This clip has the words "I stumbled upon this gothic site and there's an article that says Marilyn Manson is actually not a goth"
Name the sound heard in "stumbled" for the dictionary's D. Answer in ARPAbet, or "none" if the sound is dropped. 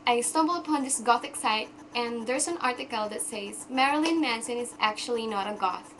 none